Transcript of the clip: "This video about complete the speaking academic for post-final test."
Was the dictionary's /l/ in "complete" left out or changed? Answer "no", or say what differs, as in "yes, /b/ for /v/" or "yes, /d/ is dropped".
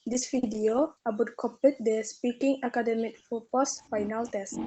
yes, /l/ is dropped